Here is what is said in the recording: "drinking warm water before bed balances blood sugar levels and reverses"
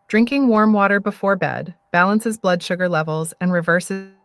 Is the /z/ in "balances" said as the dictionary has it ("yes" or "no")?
yes